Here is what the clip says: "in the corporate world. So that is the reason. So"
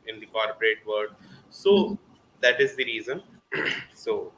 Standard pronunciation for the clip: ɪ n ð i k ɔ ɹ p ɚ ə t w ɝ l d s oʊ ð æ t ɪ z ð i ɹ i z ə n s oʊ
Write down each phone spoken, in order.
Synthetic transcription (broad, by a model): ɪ n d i k ɔ ɹ p ɚ ə t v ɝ d s oʊ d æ t ɪ z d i ɹ i z ə n s oʊ